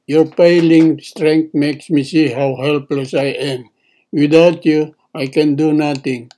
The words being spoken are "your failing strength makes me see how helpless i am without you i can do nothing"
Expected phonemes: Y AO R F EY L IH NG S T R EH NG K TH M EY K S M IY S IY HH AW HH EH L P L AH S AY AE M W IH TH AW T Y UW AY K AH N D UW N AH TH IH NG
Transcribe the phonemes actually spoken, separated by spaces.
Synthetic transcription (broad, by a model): Y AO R P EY L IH NG S T R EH NG K T M EY K S M IY S IY HH AW HH EH L P L AH S AY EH M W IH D AW T Y UW AY K AH N D UW N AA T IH NG